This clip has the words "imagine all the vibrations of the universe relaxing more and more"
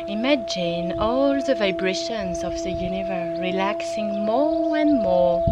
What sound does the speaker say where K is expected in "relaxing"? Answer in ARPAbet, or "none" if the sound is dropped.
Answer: K